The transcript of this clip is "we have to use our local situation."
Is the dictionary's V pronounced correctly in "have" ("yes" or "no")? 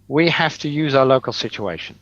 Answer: no